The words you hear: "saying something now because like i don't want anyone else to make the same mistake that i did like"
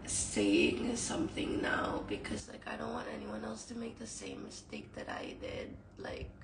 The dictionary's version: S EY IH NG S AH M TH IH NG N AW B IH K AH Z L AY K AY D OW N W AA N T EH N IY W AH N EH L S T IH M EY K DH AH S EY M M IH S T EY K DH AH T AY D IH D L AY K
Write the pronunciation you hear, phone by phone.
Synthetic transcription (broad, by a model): S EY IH NG S AH M TH IH NG N AW B IH K AH Z L AY K AY D OW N W AA N T EH N IY W AH N EH L S T IH M EY K DH AH S EY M M IH S T EY K DH AH T AY D IH D L AY K